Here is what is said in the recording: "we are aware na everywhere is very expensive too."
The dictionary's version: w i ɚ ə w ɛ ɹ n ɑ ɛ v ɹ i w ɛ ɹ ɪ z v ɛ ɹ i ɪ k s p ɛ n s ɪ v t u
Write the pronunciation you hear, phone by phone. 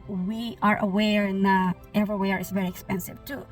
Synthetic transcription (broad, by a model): w i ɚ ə w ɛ ɹ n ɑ ɛ v ɹ i w ɛ ɹ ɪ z v ɛ ɹ i ɪ k s p ɛ n s ɪ v t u